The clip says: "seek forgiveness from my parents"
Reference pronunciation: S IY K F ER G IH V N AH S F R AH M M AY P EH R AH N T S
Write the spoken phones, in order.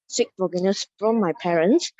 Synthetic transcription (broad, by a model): S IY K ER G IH N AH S F R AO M M AY P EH R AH N S